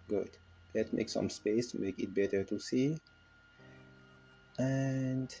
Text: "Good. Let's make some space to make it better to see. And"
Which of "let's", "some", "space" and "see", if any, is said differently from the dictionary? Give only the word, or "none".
let's